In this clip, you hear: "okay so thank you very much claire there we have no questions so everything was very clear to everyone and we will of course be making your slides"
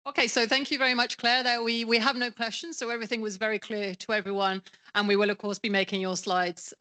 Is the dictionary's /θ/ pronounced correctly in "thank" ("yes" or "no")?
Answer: yes